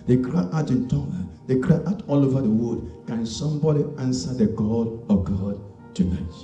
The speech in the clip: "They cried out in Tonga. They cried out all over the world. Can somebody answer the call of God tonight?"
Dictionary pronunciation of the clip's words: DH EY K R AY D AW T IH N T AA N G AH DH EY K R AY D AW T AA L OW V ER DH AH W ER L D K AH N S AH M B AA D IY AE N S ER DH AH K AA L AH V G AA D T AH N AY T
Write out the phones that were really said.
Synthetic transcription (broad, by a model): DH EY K R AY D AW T IH N T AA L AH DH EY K R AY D AW T AA L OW V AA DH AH W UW D K AH N S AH M B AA D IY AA N S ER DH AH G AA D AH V G AA D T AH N AY T